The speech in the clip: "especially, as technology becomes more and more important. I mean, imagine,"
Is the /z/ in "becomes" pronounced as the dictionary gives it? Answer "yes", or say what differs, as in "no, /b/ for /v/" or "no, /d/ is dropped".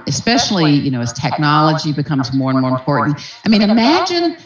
yes